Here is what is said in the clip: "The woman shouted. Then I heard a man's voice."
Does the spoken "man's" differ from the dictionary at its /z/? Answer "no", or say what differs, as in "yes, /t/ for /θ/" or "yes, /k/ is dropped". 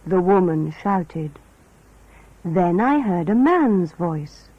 no